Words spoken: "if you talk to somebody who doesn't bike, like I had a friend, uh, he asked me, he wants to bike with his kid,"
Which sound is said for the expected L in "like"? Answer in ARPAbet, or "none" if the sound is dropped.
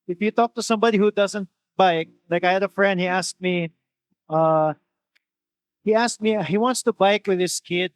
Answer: L